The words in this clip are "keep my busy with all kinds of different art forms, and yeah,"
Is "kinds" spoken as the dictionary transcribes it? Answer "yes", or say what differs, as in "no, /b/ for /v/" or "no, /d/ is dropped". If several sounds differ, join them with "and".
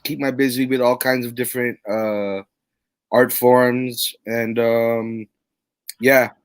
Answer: yes